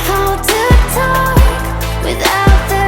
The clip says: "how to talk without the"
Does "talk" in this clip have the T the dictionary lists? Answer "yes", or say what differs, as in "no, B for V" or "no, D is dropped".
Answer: yes